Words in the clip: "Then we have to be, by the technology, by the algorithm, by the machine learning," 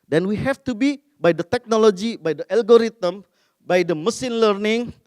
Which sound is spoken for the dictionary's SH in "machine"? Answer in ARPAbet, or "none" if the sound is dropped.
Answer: S